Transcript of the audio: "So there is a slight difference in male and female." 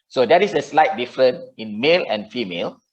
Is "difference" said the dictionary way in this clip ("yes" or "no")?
no